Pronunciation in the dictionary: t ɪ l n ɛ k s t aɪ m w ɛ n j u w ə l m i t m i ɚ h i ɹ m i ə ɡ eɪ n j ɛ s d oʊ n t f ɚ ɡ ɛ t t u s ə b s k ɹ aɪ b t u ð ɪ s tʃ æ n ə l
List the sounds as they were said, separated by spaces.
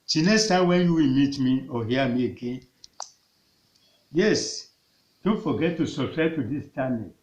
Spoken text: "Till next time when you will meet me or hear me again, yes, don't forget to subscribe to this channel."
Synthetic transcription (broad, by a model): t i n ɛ s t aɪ w ɛ n j u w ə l m i t m i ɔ h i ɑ m i ə ɡ eɪ n j ɛ s d oʊ n t f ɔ ɡ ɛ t t u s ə s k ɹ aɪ t u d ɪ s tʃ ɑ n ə